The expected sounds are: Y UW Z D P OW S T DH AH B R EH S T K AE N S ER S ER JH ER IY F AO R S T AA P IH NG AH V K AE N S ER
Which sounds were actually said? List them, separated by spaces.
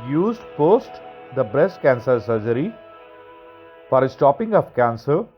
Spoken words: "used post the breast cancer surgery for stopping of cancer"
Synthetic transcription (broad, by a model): Y UW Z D P OW S T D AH B R EH S T K AE N S ER S ER JH ER IY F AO R S T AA P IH NG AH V K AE N S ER